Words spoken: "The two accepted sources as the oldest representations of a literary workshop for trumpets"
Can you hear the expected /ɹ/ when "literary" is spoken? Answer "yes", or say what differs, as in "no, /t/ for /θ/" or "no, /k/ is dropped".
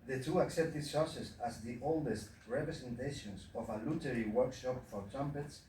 no, /w/ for /ɹ/